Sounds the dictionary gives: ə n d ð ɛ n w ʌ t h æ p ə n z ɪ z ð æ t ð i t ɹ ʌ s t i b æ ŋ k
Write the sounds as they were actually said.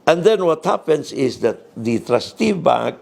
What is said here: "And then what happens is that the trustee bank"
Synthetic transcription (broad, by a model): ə n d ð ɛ n w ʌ t h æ p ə n s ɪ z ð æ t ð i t ɹ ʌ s t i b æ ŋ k